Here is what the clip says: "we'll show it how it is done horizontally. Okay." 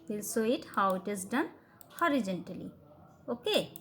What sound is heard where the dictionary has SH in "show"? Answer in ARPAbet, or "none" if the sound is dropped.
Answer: S